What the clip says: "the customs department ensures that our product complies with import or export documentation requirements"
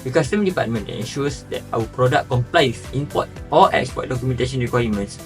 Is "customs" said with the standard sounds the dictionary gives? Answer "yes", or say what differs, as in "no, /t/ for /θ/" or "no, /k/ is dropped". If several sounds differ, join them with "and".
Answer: no, /z/ is dropped